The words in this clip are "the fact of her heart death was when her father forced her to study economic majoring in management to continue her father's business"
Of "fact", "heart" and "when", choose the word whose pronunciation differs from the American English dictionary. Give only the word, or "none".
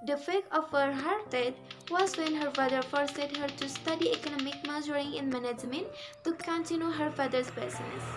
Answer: fact